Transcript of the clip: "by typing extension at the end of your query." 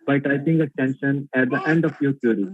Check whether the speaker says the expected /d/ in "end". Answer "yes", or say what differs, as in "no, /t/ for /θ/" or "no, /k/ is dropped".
yes